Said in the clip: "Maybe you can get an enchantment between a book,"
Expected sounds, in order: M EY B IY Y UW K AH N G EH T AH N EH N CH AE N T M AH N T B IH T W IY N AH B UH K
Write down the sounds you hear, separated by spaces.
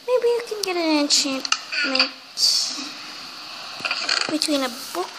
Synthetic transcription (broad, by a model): M EY B IY Y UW K AH N G EH T AH N EH N CH AE N T M AH N T B IH T W IY N AH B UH K